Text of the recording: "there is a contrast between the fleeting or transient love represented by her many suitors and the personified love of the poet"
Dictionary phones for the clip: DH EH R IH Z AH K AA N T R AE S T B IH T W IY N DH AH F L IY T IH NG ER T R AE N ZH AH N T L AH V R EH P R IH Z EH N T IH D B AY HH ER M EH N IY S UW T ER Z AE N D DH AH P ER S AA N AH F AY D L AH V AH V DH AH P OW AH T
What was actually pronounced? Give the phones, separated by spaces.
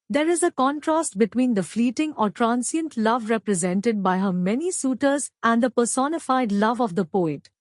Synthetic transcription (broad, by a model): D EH R IH Z AH K AA N T R AE S T B IH T W IY N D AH F L IY T IH NG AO T R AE N S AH N T L AH V R EH P R IH Z EH N T IH D B AY HH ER M EH N IY S UW T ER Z AE N D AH P ER S AA N AH F AY D L AH V AH V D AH P OW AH T